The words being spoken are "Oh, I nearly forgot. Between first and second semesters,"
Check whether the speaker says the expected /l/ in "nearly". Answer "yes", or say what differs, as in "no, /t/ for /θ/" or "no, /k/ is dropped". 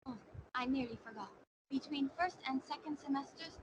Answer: yes